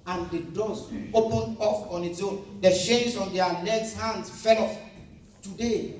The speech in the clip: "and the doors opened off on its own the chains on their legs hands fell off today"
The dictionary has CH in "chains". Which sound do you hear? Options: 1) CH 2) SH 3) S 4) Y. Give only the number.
2